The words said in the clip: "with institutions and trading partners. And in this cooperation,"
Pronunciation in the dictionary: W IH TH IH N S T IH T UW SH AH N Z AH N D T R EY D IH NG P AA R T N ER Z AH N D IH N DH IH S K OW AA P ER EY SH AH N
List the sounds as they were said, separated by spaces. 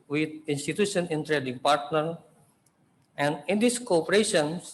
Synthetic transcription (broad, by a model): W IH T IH N S T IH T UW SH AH N AH N T R EY D IH NG P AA R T N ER AH N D IH N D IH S K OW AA P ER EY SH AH N